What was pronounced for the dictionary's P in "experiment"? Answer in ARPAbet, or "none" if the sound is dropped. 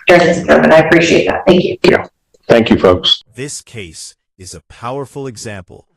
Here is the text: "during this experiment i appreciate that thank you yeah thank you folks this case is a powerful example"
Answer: none